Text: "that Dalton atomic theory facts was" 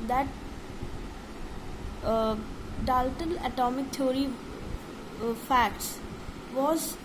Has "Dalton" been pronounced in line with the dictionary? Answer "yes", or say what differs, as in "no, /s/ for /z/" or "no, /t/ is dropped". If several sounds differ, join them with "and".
no, /l/ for /n/